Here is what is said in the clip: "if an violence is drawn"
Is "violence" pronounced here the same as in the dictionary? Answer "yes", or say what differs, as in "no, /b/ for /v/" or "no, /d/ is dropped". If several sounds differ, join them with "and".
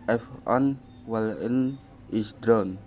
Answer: no, /w/ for /v/ and /s/ is dropped